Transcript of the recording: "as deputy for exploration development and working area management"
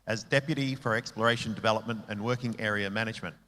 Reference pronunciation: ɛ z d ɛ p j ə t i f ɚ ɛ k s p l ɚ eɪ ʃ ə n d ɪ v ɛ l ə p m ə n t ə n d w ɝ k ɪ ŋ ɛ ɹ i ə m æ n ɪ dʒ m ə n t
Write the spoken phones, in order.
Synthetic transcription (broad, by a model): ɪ z d ɛ p j ə t i f ɚ ɛ k s p l ɚ eɪ ʃ ə n d ɪ v ɛ l ə p m ə n t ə n w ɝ k ɪ ŋ ɛ ɹ i ə m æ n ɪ dʒ m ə n t